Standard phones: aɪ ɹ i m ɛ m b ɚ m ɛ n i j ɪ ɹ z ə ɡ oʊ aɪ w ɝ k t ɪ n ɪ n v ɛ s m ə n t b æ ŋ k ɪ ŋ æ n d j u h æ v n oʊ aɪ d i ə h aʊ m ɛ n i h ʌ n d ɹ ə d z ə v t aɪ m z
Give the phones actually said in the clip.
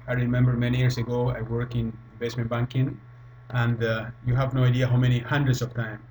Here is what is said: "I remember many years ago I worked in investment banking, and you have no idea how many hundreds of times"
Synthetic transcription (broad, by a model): aɪ ɹ i m ɛ m b ɚ m ɛ n i j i ɹ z ə ɡ oʊ aɪ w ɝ k ɪ n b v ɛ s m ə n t b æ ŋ k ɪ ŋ æ n d j u h æ v n oʊ aɪ d i ə h aʊ m ɛ n i h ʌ n d ɹ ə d s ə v t aɪ m